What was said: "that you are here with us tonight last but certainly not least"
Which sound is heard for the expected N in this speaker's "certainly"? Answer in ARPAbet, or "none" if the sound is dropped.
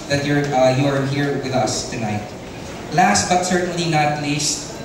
N